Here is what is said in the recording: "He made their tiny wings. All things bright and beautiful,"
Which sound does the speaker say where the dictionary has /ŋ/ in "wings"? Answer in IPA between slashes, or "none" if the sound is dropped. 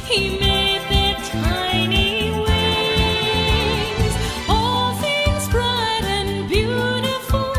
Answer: none